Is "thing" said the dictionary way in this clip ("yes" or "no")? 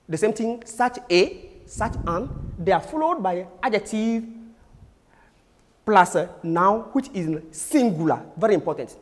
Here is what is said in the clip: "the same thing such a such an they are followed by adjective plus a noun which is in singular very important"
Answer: no